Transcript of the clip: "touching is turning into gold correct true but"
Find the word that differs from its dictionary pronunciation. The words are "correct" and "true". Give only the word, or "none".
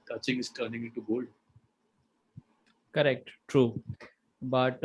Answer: none